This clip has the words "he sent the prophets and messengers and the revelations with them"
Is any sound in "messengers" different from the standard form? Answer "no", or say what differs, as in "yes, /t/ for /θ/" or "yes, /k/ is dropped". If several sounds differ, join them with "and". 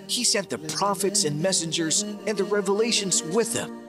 no